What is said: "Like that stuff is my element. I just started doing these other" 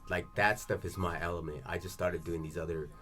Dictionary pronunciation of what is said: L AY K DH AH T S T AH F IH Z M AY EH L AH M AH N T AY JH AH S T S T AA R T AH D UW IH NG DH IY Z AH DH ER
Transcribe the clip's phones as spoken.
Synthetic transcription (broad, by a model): L AY K DH AH T S T AH F IH Z M AY EH L AH M AH N T AY JH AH S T S T AA R T AH D UW IH NG DH IY Z AH DH ER